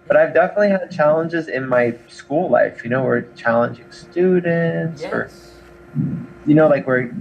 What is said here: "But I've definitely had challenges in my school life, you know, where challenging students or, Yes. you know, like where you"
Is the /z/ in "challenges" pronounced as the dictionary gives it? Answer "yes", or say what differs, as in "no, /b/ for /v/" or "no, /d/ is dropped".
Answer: yes